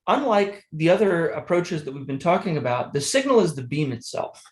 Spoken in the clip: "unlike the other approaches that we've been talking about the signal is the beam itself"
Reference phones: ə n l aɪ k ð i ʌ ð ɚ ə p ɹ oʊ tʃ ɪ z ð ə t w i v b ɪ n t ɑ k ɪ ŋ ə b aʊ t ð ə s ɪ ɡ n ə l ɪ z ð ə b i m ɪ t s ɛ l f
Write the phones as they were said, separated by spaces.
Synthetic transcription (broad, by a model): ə n l aɪ k ð i ʌ ð ɚ ə p ɹ oʊ tʃ ɪ z ð ə t w i v b ɪ n t ɑ k ɪ ŋ ə b aʊ t ð ə s ɪ ɡ n l ɪ z ð ə b i m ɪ t s ɛ l f